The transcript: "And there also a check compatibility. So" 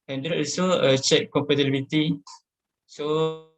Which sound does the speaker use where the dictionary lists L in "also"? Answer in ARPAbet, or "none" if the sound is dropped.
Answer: none